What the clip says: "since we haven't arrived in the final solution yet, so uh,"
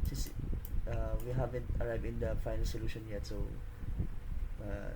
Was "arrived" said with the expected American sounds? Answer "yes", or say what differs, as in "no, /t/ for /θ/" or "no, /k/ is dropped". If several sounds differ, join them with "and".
no, /d/ is dropped